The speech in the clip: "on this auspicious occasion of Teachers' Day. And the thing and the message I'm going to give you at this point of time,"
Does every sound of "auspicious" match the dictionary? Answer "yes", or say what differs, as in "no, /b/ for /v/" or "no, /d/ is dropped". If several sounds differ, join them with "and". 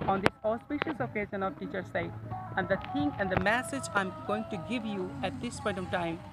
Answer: yes